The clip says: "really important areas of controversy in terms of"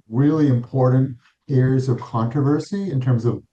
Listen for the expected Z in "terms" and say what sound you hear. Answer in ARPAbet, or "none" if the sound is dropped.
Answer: Z